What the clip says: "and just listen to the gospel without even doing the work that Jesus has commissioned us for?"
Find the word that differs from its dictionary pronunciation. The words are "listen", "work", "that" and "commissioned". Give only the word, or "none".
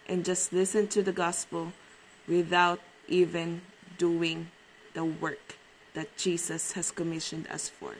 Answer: none